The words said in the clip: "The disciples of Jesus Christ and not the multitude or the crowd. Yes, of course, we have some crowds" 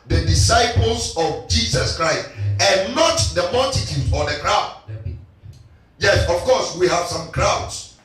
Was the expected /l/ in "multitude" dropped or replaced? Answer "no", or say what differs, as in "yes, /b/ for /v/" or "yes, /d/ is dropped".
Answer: yes, /l/ is dropped